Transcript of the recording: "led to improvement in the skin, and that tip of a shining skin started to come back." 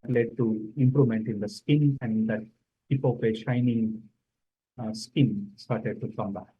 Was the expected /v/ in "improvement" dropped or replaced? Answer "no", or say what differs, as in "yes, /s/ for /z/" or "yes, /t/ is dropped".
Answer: yes, /v/ is dropped